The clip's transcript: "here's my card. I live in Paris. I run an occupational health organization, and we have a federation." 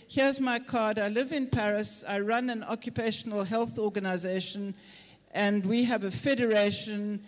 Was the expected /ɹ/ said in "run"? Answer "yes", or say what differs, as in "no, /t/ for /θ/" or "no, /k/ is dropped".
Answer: yes